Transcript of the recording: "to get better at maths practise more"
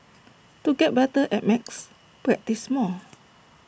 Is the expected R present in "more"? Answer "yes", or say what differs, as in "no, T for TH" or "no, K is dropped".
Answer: no, L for R